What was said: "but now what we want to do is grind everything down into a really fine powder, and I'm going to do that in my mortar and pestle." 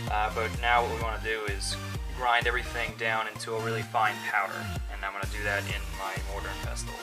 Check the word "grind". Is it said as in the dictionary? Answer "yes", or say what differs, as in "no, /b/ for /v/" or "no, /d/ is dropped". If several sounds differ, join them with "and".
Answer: yes